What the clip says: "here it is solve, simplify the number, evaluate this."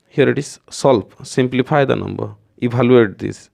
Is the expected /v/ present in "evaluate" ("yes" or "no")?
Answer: no